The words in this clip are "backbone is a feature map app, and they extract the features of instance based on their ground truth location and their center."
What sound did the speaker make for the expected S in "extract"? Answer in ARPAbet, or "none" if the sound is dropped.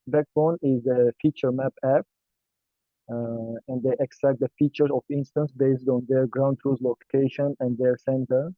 S